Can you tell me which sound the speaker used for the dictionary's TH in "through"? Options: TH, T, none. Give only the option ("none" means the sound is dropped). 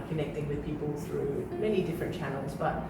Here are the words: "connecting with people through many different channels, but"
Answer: TH